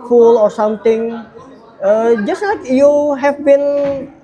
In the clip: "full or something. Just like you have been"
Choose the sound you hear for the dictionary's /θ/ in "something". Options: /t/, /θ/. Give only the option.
/t/